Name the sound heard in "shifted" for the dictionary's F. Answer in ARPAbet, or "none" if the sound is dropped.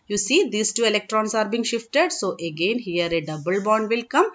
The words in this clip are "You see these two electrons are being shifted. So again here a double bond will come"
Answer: F